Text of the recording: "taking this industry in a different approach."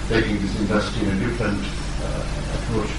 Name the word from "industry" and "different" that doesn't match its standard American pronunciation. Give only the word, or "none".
industry